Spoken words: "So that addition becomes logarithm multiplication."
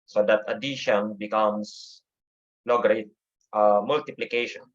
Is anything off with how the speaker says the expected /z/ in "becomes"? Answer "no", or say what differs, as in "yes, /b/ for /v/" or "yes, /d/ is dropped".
yes, /s/ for /z/